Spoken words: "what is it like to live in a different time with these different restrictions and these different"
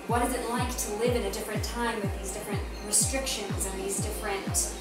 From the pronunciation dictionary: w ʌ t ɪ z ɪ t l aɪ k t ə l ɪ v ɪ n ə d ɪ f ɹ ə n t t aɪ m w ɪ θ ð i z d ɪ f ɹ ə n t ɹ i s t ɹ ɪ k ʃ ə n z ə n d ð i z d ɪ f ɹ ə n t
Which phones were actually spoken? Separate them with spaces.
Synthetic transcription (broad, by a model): w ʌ t ɪ z ɪ t l aɪ k t ə l ɪ v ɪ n ə d ɪ f ɹ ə n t t aɪ m w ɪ ð i z d ɪ f ɹ ə n t ɹ i s t ɹ ɪ k ʃ ə n z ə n ð i z d ɪ f ɹ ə n t